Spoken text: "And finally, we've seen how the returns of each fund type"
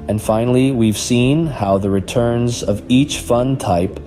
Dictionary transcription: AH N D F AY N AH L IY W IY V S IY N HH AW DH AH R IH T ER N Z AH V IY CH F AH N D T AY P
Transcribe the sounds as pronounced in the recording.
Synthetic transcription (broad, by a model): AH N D F AY N L IY W IY V S IY N HH AW DH AH R IH T ER N Z AH V IY CH F AH N T AY P